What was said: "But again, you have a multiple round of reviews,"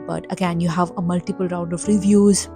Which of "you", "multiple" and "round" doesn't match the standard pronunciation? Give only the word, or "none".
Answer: none